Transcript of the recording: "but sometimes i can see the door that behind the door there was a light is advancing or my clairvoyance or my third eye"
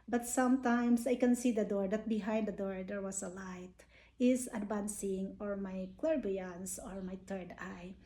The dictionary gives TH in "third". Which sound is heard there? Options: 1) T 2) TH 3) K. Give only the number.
1